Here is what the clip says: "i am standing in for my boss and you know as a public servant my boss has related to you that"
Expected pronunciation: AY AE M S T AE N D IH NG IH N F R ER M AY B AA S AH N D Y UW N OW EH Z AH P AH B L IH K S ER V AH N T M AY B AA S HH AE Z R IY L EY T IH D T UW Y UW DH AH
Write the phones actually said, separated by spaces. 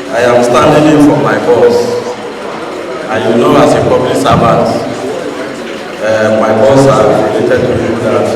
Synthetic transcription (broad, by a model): AY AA M S T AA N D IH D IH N F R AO M AY B AA S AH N Y UW N OW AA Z AH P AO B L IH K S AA B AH T M AY B AA S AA R IY L EY T IH D T UW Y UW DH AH